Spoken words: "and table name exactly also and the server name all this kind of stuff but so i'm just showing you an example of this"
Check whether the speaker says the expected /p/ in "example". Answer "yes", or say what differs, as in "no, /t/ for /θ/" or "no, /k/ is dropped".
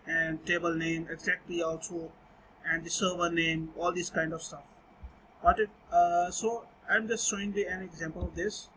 yes